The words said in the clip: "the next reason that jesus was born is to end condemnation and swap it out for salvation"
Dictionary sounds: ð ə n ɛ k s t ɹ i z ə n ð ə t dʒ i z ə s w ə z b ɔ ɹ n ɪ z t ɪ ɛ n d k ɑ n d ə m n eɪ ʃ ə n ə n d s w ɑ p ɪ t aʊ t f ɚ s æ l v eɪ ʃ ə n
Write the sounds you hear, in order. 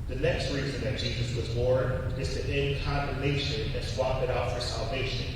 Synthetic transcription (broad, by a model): ð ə n ɛ k s t ɹ i z ə n ð ə t dʒ i z ə s w ə z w ɔ ɹ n ɪ z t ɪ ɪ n k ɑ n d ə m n eɪ ʃ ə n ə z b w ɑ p ɪ t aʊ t f ɚ s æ l v eɪ ʃ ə n